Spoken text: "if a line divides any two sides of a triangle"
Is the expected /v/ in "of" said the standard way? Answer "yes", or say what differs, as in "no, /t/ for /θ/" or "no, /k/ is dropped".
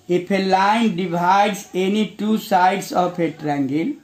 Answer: no, /p/ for /v/